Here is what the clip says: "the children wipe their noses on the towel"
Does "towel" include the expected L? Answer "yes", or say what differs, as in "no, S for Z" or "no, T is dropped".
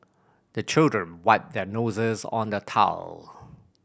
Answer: yes